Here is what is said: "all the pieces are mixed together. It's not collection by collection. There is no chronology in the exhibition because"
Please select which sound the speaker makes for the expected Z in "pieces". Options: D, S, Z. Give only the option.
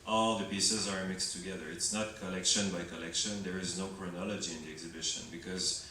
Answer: Z